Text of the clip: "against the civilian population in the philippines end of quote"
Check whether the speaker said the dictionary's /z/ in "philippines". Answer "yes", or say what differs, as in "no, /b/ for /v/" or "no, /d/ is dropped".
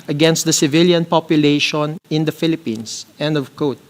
no, /s/ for /z/